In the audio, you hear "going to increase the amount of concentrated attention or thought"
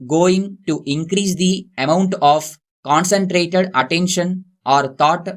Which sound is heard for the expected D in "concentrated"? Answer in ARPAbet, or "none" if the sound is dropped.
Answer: D